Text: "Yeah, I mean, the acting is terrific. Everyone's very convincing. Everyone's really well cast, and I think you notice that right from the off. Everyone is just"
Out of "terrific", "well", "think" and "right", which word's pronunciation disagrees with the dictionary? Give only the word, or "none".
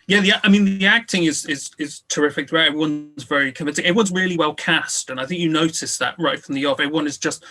none